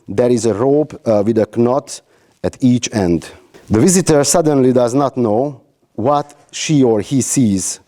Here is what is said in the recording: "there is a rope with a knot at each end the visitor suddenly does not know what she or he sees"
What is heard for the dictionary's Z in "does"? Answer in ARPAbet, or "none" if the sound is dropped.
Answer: Z